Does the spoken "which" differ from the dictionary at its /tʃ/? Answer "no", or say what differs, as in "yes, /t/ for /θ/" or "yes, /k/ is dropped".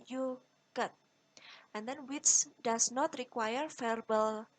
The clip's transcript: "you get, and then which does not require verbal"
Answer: yes, /s/ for /tʃ/